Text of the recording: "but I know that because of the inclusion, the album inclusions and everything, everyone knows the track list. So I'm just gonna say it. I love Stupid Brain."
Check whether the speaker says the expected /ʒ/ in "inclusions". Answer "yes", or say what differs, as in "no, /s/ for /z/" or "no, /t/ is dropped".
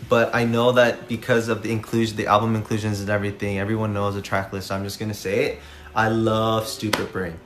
yes